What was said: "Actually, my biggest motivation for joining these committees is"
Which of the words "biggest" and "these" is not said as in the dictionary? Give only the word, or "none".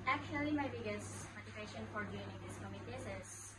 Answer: these